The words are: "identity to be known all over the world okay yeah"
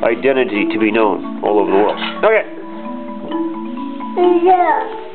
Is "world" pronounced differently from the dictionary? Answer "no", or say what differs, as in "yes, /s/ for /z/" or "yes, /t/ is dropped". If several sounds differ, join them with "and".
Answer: yes, /d/ is dropped